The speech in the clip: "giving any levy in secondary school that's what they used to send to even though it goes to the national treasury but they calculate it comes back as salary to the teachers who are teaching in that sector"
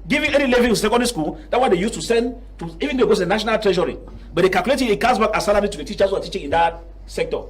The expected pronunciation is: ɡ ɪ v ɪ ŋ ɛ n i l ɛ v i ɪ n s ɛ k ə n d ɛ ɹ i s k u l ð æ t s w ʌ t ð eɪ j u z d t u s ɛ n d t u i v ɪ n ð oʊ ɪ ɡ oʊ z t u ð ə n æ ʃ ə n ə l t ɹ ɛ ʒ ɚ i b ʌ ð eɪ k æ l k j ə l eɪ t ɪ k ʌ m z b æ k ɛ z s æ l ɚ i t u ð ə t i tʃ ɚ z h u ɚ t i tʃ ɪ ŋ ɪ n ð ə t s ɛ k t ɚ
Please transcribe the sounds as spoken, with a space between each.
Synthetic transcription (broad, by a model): ɡ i v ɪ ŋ ɛ n i l ɛ v i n s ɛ k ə n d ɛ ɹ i s k u l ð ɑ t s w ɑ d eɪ j u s t u s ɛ n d t u i v ɪ n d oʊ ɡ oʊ t u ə n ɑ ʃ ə n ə l t ɹ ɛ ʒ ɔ i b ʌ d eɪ k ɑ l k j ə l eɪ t ɪ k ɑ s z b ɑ k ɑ s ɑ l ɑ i t u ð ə t i tʃ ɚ s h u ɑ t i tʃ ɪ ŋ ɪ n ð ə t s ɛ k t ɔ